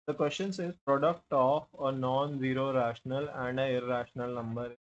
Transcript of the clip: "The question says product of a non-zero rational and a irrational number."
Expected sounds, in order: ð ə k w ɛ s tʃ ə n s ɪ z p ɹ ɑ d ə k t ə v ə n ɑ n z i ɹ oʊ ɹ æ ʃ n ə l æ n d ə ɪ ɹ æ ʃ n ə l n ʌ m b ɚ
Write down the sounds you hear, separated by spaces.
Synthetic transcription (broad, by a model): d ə k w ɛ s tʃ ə n s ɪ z p ɹ ɑ d ə k t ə f ə n ɑ n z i ɹ oʊ ɹ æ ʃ n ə l æ n d ə ɪ ɹ æ ʃ n ə l n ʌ m b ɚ